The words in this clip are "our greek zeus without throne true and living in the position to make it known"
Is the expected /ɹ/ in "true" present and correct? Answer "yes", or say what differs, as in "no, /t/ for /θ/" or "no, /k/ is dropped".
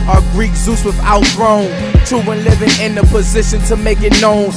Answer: no, /ɹ/ is dropped